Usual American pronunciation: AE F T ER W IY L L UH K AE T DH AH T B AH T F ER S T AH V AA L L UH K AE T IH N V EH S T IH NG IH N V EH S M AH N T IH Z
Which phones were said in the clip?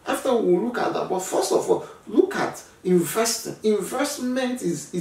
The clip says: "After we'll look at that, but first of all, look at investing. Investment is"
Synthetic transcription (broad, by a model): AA F T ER W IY W L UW K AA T DH AH T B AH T F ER S T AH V AA L L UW K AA T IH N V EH S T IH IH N V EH S M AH N T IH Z